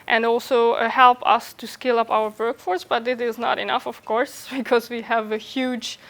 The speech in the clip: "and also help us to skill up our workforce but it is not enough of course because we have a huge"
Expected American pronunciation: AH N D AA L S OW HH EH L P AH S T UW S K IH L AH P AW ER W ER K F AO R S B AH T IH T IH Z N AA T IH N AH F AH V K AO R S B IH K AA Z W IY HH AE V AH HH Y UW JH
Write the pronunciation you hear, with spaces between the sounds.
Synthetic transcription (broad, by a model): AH N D AA L S OW HH EH L P AH S T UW S K IH L AH P AW ER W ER K F AO R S B AH T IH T IH Z N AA T IH N AH F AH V K AO R S B IH K AA Z W IY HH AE V AH HH Y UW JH